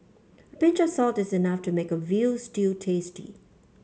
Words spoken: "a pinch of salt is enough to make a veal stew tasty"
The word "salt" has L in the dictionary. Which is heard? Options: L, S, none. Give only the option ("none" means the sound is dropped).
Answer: L